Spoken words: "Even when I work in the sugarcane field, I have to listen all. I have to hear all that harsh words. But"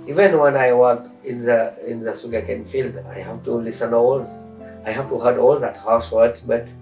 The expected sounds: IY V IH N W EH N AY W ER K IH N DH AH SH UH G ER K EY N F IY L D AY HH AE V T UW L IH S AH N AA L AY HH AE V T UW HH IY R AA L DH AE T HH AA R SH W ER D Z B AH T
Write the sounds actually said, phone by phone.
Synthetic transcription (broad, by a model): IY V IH N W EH N AY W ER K IH N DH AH S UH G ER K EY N F IY L D AY HH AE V T UW L IH S AH N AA L AY HH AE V T UW HH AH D AA L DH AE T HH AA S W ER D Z B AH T